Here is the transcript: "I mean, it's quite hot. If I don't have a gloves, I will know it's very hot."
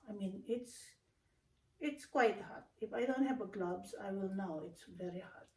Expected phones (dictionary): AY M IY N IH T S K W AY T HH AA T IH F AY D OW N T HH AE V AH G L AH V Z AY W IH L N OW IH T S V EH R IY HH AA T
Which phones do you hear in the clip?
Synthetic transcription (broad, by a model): AY M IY N IH T S K W AY T HH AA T IH F AY D OW N T HH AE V AH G L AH B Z AY W IH L N OW IH T S V EH R IY HH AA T